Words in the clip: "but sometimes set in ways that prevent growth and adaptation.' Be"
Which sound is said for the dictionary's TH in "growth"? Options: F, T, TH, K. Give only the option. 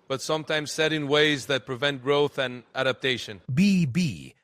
TH